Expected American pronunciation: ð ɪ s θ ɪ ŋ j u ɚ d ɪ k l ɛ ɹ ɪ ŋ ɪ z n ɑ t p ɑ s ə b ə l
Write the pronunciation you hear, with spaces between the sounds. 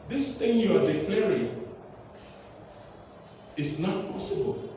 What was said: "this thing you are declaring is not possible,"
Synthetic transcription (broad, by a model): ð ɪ s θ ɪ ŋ j u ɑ d ɪ k l ɛ ɹ ɪ ŋ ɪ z n ɑ t p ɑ s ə b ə l